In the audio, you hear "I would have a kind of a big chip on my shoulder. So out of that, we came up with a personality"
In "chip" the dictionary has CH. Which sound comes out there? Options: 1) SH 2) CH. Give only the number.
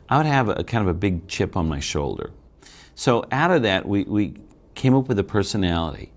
2